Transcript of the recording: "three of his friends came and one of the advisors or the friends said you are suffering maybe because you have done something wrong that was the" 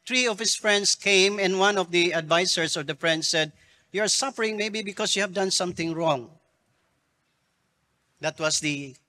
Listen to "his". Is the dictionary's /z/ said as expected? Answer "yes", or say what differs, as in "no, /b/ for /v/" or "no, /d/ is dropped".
no, /s/ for /z/